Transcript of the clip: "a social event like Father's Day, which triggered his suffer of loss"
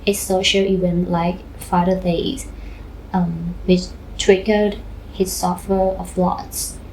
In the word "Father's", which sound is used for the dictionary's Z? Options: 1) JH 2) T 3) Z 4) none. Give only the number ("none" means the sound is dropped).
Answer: 4